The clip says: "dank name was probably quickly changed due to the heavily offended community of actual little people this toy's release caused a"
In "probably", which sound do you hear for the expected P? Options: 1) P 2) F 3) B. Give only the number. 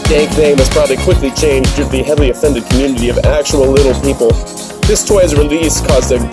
1